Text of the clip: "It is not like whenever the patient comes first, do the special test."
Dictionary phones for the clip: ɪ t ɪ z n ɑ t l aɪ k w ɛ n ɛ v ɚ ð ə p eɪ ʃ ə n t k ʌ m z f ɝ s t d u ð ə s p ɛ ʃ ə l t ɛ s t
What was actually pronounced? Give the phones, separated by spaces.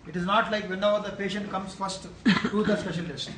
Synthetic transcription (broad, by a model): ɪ t ɪ z n ɑ t l aɪ k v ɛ n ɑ ʊ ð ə p eɪ ʃ ə n t k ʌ m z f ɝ s t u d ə s p ɛ ʃ ə l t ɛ s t